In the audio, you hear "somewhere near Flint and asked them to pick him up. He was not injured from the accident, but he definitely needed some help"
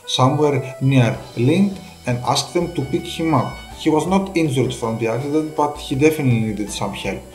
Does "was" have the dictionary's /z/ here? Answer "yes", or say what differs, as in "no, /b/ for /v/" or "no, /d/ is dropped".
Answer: yes